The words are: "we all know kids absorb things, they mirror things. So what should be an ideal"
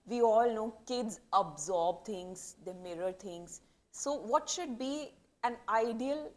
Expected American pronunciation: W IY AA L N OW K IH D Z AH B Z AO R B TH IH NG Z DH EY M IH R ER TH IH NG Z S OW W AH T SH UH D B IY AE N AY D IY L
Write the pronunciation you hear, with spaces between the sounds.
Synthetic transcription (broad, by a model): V IY AA L N OW K IH D Z AH B Z AO R B T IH NG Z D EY M IH R ER T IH NG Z S OW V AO T SH UH D B IY AE N AY D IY L